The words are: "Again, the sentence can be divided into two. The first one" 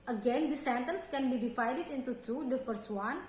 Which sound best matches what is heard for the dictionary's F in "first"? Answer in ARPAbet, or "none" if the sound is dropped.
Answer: P